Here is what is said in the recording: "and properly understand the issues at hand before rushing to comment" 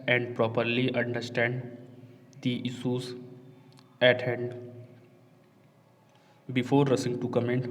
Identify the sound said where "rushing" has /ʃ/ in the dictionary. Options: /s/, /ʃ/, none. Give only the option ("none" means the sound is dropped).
/s/